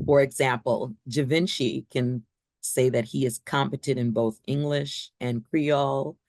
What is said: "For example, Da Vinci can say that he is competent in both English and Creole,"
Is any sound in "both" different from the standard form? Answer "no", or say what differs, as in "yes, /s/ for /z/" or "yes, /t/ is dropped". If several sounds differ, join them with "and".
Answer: no